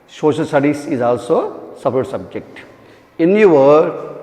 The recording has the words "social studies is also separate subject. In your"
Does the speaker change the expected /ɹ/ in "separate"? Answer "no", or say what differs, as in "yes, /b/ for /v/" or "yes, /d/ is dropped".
yes, /ɹ/ is dropped